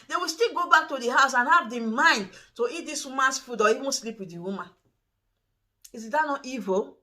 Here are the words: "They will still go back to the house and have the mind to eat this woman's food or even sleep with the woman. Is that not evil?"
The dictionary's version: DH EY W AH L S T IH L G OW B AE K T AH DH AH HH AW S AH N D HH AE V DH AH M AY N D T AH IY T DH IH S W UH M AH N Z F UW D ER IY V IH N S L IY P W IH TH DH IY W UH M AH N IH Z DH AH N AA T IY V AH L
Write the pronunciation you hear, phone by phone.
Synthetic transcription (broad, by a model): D EY W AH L S T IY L G OW B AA K T AH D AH HH AW S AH N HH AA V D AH M AY N D T AH IY T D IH S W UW M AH N S F UW D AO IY W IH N S L IY P W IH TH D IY W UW M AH N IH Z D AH N AA T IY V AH